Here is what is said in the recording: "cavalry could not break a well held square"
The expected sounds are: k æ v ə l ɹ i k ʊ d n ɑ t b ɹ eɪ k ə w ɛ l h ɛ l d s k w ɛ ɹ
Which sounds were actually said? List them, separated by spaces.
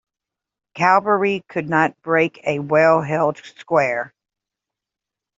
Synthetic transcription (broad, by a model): k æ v ə ɹ i k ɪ d n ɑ t b ɹ eɪ k ə w ɛ l h ɛ l d s k w ɛ ɹ